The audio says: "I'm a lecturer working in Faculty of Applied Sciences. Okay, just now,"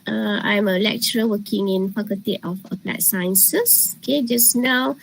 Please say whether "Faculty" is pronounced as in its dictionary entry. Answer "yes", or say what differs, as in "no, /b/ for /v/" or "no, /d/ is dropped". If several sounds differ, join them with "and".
no, /p/ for /f/ and /l/ is dropped